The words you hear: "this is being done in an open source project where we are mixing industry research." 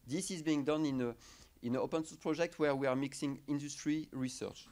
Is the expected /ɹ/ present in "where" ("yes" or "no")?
yes